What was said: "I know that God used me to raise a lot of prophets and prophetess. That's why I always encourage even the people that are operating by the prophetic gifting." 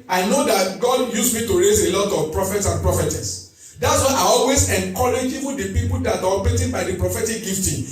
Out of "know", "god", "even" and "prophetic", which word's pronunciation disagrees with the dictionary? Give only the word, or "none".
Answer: even